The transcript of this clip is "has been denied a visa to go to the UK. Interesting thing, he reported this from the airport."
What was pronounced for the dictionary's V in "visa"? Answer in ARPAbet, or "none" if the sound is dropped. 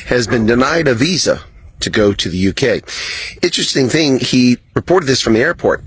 V